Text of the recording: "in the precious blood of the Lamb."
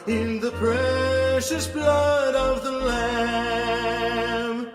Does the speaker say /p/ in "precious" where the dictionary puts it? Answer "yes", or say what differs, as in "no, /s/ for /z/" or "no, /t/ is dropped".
yes